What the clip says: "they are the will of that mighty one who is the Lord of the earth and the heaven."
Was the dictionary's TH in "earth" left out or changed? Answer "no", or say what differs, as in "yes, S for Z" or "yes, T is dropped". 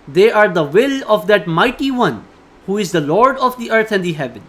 yes, T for TH